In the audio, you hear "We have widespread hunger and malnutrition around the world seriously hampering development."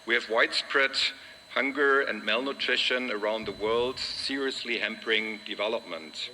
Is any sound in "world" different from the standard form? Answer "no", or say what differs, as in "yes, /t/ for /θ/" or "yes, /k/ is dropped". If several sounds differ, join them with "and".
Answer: no